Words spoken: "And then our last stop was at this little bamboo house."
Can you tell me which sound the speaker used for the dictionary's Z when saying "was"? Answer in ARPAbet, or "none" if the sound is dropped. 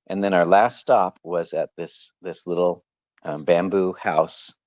Z